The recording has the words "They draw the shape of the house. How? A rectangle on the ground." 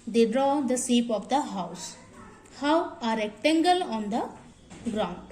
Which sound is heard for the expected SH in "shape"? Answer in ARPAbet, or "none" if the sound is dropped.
S